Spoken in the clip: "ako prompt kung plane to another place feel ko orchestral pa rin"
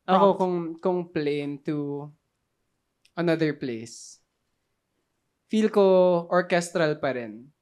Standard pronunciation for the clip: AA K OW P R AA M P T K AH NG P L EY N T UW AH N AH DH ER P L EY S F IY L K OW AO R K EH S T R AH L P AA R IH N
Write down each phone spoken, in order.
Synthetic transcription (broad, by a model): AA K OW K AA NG K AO NG P L EY N T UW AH N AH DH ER P L EY S F IY L K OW AO R K EH S T R AH L P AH R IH N